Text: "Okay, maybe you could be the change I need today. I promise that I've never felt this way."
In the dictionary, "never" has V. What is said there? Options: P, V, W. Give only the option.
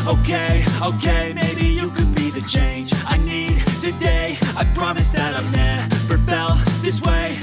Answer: P